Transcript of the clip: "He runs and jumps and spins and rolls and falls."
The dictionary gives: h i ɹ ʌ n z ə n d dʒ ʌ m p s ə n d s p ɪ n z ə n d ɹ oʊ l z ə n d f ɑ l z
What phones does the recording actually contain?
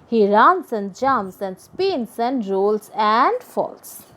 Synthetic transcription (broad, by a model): h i ɹ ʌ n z ə n d dʒ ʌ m s ə n d s p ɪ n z ə n d ɹ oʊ l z ə n d f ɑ l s